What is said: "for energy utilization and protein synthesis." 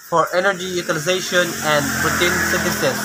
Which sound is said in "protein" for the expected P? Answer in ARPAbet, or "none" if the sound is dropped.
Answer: B